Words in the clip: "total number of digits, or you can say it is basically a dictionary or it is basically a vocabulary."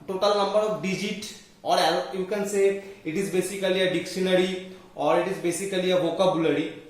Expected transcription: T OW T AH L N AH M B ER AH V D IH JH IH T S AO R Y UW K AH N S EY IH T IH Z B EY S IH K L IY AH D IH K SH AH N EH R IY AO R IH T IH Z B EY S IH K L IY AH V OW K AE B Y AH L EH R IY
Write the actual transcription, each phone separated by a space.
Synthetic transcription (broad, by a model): T OW T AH L N AH M B ER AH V D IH JH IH T AO R Y UW K AH N S EY IH T IH Z B EY S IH K L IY AH D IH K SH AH N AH R IY AO R IH T IH Z B EY S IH K L IY AH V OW K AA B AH L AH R IY